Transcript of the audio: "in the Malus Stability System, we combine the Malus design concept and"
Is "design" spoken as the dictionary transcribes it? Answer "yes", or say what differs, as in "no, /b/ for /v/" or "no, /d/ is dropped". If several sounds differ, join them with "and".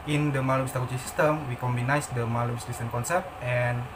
no, /s/ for /z/